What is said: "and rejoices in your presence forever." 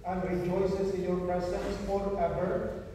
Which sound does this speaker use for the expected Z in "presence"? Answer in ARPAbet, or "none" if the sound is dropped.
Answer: S